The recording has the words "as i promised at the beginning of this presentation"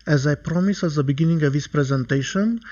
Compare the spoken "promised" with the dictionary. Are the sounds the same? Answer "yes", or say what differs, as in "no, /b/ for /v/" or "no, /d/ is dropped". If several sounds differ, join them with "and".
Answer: no, /t/ is dropped